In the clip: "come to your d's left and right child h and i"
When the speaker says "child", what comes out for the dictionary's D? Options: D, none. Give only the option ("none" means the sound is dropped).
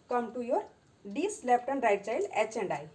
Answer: none